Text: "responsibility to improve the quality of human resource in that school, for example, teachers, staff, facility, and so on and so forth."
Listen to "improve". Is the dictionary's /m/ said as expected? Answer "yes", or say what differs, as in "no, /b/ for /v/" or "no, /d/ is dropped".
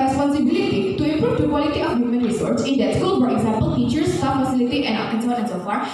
no, /m/ is dropped